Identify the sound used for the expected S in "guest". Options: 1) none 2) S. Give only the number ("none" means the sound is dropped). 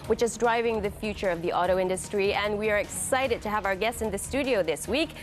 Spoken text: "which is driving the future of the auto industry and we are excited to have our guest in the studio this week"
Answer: 2